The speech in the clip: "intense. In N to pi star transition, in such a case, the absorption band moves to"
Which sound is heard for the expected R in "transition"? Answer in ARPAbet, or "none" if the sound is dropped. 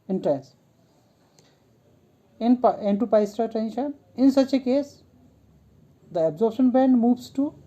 none